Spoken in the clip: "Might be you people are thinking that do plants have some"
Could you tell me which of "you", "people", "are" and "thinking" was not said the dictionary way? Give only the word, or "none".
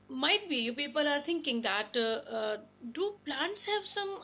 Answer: thinking